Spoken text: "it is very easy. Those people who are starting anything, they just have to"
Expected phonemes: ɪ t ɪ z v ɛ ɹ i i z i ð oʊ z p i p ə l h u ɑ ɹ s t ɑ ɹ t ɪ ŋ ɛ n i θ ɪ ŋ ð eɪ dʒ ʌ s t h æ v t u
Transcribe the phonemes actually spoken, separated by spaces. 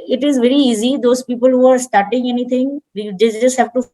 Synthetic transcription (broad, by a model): ɪ t ɪ z v ɛ ɹ i i z i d oʊ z p i p ə l h u ɑ ɹ s t ɑ ɹ t ɪ ŋ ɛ n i t ɪ ŋ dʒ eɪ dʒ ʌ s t h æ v t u